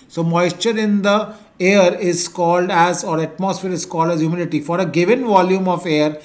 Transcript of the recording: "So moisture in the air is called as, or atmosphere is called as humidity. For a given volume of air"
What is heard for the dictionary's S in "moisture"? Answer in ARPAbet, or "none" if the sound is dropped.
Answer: S